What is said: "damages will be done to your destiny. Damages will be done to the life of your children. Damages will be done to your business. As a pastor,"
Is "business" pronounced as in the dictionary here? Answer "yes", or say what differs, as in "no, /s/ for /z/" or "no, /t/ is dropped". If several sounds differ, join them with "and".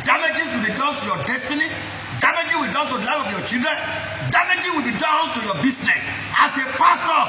no, /s/ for /z/